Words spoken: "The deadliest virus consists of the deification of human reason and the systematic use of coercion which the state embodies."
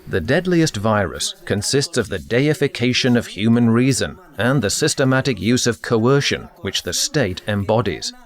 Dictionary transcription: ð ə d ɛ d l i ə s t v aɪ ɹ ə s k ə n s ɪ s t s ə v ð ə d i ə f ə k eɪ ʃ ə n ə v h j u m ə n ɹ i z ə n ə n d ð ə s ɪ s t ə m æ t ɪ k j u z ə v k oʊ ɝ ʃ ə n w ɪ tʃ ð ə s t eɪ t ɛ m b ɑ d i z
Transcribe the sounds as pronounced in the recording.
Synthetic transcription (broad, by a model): ð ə d ɛ d l i ə s t v aɪ ɹ ə s k ə n s ɪ s t s ə v ð ə d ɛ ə f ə k eɪ ʃ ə n ə v h j u m ə n ɹ i z ə n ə n ð ə s ɪ s t ə m æ t ɪ k j u z ə v k oʊ ɝ ʃ ə n w ɪ tʃ ð ə s t eɪ t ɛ m b ɑ d i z